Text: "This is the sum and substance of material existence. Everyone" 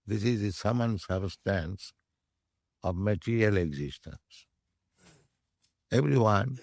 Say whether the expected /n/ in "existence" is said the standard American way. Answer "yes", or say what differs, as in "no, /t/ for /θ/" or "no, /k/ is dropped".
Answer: yes